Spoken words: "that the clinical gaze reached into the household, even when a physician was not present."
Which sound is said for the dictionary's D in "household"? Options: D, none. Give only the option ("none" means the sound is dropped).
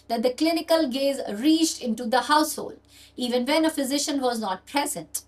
D